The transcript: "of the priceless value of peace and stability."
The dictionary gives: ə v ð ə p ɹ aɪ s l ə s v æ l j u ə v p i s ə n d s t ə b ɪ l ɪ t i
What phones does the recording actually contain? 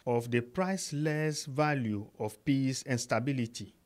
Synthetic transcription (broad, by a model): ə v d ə p ɹ aɪ s l ə s v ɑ l j u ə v p i s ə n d s t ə b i l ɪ t i